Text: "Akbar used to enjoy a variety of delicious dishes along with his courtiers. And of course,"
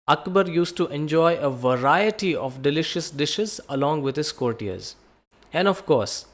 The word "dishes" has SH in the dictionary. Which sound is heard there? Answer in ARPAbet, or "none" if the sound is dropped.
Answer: SH